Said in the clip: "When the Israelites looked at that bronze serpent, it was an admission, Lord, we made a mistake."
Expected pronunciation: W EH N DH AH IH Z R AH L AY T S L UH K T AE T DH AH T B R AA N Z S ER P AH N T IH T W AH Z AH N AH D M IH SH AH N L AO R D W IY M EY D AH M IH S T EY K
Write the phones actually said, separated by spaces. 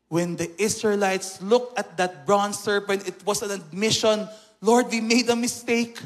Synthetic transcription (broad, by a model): W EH N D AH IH S R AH L AY T S L UH K T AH T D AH T B R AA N S ER P AH N T IH T W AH S AH N AH D M IH SH AH N L AO R D W IY M EY D AH M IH S T EY K